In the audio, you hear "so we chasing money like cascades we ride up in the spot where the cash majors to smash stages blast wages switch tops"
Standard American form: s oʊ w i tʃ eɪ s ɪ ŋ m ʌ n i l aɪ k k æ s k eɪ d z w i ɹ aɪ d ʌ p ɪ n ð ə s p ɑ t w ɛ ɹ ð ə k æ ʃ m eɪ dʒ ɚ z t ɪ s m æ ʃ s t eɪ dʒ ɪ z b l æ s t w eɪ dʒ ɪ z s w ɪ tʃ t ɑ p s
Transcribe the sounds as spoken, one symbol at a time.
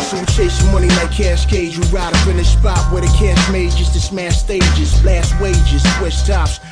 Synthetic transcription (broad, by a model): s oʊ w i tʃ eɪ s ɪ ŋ m ʌ n i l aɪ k k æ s k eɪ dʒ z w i ɹ aɪ d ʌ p ɪ n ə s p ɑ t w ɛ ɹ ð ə k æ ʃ m eɪ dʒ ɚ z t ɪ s m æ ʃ s t eɪ dʒ ɪ z b l æ s t w eɪ dʒ ɪ z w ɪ s t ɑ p s